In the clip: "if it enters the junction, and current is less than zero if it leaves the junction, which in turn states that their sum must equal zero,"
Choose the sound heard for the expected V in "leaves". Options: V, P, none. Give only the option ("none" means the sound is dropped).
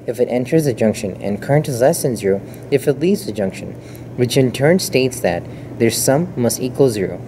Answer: none